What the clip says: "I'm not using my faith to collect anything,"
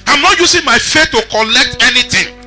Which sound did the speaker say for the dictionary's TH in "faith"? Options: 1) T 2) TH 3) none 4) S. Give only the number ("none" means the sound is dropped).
1